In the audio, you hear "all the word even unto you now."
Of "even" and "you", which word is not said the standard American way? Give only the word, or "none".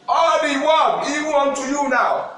even